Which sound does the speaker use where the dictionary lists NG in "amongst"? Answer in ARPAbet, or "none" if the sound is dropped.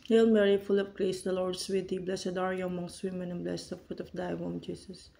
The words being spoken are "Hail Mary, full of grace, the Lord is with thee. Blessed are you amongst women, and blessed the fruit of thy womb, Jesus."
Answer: NG